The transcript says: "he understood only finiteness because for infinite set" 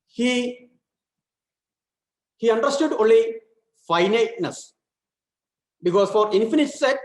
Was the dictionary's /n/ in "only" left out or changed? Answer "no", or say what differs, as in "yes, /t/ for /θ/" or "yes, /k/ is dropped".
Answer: no